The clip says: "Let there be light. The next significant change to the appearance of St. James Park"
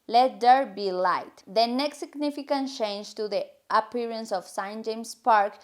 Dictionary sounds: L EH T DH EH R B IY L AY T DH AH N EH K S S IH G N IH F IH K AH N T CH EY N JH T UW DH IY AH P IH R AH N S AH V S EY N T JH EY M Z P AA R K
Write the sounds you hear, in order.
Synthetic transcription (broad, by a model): L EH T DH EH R B IY L AY T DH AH N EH K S S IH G N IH F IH K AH N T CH EY N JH T UW DH IY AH P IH R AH N S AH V S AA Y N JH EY M S P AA R K